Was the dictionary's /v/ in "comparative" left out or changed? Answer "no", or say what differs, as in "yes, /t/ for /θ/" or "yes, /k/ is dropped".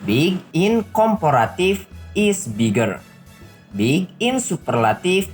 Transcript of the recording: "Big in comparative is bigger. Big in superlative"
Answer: yes, /f/ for /v/